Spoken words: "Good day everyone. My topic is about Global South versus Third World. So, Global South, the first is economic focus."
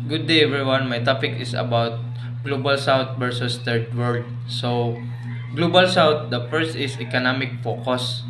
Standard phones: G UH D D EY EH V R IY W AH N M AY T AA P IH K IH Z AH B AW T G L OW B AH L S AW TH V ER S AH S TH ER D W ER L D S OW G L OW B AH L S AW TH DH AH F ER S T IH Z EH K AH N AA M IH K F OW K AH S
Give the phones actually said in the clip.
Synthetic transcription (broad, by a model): G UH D D EY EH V R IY W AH N M AY T AA P IH K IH S AH B AW T G L OW B AH L S AW T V ER S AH S T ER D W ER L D S OW G L OW B AH L S AW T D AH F ER S T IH S EH K AH N AA M IH K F OW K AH S